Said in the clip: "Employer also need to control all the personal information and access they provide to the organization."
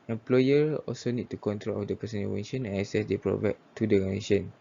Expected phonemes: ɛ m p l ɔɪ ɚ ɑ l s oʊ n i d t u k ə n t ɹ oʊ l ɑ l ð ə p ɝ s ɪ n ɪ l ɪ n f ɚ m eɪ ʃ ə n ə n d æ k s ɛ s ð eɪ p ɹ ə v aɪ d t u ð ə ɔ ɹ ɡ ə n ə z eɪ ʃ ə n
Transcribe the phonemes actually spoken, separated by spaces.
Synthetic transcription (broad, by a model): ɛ m p l ɔɪ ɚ ɑ l s oʊ n i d t u k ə n t ɹ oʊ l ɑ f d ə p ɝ s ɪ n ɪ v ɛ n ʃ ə n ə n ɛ s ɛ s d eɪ p ɹ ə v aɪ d t u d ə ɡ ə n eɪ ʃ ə n